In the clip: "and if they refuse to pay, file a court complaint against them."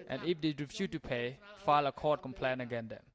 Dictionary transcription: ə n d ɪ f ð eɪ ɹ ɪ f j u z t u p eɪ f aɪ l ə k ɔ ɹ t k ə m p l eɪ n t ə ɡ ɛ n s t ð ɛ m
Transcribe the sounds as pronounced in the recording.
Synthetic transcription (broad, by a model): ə n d ɪ f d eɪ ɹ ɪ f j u t u p eɪ f aɪ l ə k ɔ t k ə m p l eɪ n ə ɡ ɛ n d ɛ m